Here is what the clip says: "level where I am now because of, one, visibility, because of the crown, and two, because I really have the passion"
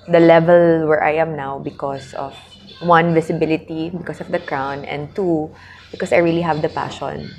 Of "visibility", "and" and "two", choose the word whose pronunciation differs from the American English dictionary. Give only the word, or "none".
visibility